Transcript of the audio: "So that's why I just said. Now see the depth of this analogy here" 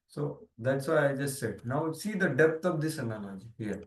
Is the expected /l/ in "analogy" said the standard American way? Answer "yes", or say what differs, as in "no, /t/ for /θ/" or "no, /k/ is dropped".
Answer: no, /n/ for /l/